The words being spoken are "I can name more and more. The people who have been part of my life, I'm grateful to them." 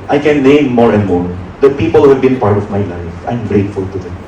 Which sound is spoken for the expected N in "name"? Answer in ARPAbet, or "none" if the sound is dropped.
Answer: L